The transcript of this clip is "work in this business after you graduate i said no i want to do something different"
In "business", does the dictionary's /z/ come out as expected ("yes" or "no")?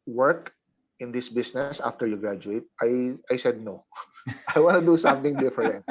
no